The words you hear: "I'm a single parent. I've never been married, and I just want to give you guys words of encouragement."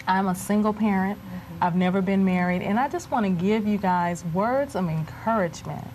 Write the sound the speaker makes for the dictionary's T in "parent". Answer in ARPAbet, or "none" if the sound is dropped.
T